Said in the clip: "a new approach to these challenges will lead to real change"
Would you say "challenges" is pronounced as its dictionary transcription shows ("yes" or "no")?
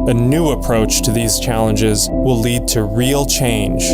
yes